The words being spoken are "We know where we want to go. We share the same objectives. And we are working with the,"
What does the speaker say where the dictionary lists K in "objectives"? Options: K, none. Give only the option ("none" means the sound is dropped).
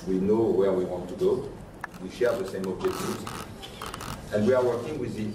none